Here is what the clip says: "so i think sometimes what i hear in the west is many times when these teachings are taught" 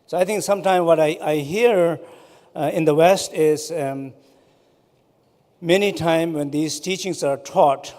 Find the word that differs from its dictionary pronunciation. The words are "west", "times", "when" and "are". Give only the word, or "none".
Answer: times